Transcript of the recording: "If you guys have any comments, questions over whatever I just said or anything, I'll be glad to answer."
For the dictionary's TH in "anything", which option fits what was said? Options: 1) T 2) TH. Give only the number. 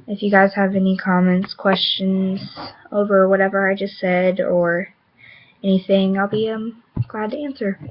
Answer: 2